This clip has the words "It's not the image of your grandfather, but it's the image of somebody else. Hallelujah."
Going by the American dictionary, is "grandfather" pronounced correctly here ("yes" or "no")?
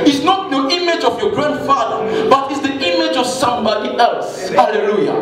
yes